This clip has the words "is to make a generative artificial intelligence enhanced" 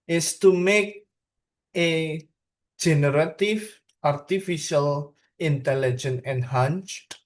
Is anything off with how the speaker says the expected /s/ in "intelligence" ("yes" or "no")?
yes